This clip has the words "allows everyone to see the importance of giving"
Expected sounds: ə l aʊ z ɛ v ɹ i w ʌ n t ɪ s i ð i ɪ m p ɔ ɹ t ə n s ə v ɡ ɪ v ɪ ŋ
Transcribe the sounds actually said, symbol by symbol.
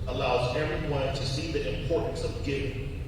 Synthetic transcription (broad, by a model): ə l aʊ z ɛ ɹ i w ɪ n t ɪ s i ð i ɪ m p ɔ ɹ t n s ə v ɡ ɪ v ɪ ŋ